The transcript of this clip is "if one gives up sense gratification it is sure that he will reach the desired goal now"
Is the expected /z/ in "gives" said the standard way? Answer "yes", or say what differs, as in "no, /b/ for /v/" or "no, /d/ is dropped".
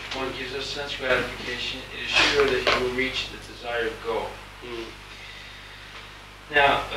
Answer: yes